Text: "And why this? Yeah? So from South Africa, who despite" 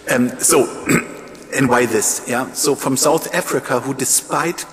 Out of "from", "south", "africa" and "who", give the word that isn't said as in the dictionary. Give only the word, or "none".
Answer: none